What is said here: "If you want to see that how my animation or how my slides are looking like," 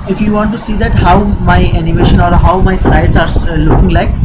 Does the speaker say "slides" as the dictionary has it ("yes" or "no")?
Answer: no